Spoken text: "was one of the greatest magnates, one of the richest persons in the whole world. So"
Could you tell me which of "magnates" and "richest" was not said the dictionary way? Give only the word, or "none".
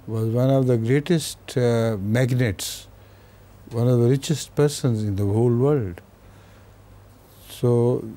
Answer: none